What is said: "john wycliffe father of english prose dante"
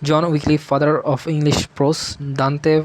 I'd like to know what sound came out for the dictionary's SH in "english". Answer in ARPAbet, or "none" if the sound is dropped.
SH